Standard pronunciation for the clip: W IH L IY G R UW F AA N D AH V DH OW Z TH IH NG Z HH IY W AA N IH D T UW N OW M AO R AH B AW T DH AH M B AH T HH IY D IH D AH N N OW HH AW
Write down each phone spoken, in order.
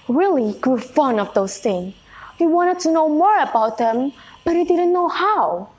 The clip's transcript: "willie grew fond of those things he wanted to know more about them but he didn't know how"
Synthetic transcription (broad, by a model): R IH L IY G R UW F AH N AH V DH OW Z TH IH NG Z HH IY W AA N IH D T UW N OW M AO R AH B AW T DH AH M B AH T HH IY D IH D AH N N OW HH AW